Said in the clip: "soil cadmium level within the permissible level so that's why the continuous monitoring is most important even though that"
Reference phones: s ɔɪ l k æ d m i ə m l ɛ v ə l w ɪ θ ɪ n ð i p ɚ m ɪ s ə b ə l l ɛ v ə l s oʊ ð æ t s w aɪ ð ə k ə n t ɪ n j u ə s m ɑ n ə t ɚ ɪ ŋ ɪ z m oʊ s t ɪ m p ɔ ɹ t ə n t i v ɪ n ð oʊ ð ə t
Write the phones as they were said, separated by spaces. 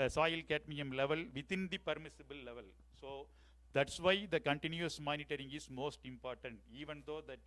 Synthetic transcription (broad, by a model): s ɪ l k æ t m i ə m l ɛ v ə l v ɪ t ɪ n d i p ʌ m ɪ s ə b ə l l ɛ v ə l s oʊ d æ t s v aɪ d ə k ə n t ɪ n j u ə s m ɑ n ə t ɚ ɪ ŋ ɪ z m oʊ s t ɪ m p ɔ ɹ t ə n t i v ɪ n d oʊ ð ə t